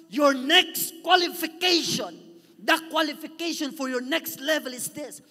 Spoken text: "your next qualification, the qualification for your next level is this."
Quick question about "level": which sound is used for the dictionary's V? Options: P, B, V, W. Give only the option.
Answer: V